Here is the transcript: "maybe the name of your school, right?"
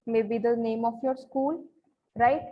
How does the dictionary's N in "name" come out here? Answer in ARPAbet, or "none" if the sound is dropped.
N